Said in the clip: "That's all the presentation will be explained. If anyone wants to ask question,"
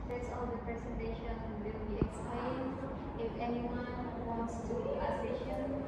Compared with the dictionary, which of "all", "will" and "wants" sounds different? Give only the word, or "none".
none